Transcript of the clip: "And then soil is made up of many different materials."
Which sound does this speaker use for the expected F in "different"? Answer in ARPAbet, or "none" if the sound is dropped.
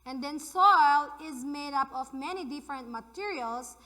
F